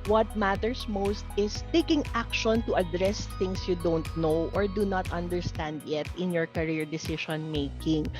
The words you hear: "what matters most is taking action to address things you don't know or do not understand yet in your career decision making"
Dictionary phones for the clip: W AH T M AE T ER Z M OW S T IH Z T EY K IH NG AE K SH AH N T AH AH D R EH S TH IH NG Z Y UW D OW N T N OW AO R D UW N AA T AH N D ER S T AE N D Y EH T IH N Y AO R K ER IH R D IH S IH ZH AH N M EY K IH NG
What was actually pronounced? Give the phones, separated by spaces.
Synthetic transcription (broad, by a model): W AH T M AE T ER S M OW S T IH S T EY K IH NG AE K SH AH N T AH AH D R EH S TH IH NG S Y UW D OW N T N OW AO R D UW N AA T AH N D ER S T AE N D Y EH T IH N Y AO R K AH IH R D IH S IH SH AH N M EY K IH NG